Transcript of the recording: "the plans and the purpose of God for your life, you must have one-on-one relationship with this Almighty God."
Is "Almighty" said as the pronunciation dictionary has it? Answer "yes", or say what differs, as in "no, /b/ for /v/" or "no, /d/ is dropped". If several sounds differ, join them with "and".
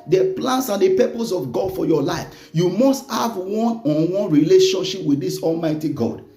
yes